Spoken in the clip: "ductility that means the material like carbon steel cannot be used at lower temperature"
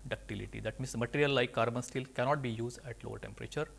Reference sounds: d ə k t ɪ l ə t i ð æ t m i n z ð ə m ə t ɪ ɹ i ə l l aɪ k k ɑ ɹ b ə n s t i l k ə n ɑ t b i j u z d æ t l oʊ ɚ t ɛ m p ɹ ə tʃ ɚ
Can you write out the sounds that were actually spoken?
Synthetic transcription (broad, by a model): d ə k t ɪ l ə t i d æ t m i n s m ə t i ɹ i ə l l aɪ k k ɑ ɹ b ə n s t i l k ə n ɑ t b i j u z d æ t l oʊ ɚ t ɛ m p ɹ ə tʃ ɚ